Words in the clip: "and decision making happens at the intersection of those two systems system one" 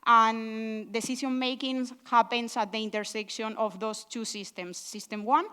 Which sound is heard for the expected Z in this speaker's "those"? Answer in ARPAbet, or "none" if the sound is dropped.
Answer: S